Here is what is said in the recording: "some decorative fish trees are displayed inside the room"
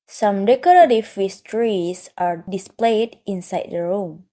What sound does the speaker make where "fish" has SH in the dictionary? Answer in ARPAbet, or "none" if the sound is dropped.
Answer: S